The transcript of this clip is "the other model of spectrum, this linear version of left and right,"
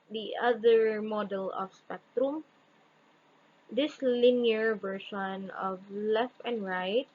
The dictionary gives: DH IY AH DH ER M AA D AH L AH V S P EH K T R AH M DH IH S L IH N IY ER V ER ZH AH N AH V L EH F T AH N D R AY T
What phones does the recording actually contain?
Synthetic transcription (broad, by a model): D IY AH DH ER M AA D AH L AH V S P EH K T R AH M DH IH S L IH N IY ER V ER SH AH N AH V L EH F T AH N D R AY T